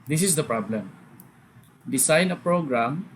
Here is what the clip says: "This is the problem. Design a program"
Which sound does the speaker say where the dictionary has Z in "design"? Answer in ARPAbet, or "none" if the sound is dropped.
S